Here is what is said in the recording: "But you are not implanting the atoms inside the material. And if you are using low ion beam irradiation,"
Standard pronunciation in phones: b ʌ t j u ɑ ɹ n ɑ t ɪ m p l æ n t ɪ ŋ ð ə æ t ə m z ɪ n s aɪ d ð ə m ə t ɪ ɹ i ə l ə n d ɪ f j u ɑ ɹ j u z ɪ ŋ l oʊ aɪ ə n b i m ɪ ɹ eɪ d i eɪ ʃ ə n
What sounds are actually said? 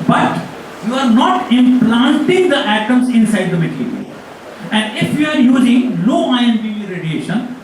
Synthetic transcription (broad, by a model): b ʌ t j u ɑ ɹ n ɑ t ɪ m p l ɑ n t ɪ ŋ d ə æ t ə m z ɪ n s aɪ d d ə m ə t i ɹ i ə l ə n d ɪ f j u ɑ ɹ j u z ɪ ŋ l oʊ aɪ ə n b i ɪ ɹ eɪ d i eɪ ʃ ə n